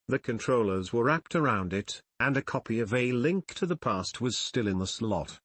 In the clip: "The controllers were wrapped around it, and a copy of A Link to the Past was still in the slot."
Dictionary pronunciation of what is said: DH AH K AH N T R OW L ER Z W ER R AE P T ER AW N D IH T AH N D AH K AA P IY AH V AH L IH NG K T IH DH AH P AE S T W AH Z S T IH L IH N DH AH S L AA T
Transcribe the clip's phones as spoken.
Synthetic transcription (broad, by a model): DH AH K AH N T R OW L ER Z W ER R AE P T ER AW N D IH T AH N AH K AA P IY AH V AH L IH NG K T IH DH AH P AE S T W AH Z S T IH L IH N DH AH S L AA T